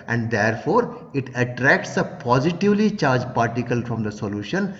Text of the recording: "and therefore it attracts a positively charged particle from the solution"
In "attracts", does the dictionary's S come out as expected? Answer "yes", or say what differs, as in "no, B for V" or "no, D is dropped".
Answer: yes